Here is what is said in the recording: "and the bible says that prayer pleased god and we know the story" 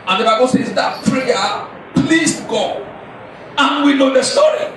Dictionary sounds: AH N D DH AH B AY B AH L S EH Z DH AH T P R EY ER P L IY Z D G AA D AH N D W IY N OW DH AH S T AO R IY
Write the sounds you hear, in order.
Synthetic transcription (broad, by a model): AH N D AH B AY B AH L S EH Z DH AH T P R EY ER P L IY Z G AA AH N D W IY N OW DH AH S T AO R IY